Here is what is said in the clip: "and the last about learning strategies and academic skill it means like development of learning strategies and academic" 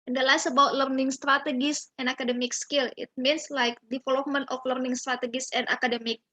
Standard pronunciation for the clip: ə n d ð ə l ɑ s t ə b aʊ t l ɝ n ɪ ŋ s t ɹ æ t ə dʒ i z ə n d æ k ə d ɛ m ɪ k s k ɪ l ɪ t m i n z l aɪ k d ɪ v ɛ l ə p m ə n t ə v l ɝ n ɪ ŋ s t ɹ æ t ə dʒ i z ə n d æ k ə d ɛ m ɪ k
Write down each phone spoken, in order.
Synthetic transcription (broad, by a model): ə n d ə l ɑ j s ə b aʊ t l ɝ n ɪ ŋ s t ɹ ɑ t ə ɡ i s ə n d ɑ k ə d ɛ m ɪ k s k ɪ l ɪ t m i n s l aɪ k d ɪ f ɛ l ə m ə n t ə f l ɝ n ɪ ŋ s t ɹ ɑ t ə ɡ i s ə n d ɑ k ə d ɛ m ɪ k